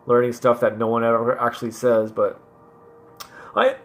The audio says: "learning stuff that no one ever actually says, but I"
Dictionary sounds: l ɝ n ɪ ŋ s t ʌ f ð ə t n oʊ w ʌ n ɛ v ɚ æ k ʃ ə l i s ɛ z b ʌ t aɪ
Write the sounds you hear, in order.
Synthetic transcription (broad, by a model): l ɝ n ɪ ŋ s t ʌ f ð ə t n oʊ w ʌ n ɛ v ɚ æ k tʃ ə l i s ɛ z b ʌ t aɪ